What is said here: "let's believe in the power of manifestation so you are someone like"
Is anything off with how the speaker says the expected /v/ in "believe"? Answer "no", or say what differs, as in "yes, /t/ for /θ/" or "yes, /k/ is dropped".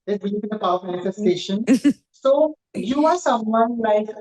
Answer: yes, /v/ is dropped